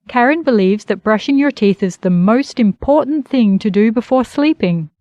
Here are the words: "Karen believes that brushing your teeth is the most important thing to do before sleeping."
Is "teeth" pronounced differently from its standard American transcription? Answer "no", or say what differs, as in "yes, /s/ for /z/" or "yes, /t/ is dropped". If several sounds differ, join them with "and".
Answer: no